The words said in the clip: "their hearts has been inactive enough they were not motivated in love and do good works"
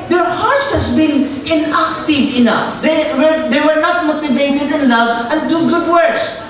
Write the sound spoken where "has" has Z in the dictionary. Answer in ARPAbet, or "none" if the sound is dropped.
S